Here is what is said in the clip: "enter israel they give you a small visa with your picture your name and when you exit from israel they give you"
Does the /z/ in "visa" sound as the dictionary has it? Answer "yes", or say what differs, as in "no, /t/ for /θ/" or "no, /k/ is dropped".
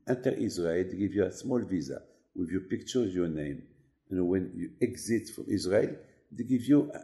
yes